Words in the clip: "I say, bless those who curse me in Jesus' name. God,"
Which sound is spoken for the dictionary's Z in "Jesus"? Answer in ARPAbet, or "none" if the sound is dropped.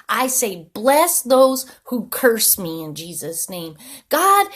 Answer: Z